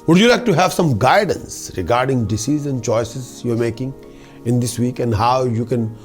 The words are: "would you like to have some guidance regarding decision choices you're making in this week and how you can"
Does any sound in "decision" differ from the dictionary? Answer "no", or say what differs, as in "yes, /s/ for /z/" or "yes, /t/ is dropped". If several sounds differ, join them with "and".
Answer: yes, /z/ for /ʒ/